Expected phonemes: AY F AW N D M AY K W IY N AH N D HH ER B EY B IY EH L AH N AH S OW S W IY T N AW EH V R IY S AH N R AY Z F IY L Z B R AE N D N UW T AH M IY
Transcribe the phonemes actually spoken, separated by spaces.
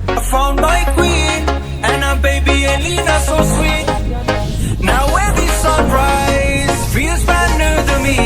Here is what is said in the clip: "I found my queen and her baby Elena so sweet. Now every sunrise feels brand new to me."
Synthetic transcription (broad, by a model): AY F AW N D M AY K W IY N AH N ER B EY B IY EH L AH N AH S OW S W IY T N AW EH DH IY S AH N R AY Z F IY Z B AE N N UW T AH M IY